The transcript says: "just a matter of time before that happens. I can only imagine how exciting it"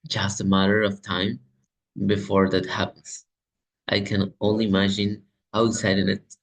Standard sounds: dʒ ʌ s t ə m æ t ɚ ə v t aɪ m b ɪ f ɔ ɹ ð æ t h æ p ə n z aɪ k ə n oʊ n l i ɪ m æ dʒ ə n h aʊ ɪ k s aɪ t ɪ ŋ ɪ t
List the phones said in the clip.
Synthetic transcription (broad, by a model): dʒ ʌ s t ə m æ t ɚ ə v t aɪ m b ɪ f ɔ ɹ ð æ t h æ p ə n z aɪ k ə n oʊ n l i ɪ m æ dʒ ə n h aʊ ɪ s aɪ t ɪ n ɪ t